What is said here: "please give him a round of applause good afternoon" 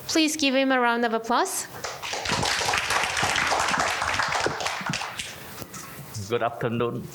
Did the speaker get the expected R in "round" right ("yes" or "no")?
yes